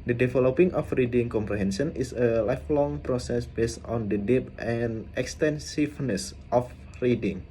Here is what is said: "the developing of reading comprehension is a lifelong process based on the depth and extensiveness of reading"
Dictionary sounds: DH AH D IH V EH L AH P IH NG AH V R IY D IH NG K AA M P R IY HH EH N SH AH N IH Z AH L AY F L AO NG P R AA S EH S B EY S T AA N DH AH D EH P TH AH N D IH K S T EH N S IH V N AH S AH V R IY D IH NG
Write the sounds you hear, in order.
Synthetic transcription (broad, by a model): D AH D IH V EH L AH P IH NG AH F R IY D IH NG K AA M P R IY HH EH N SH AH N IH S AH L AY F L AO NG P R AA S EH S B EY S T AA N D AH D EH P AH N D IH K S T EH N S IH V N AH S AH F R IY D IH NG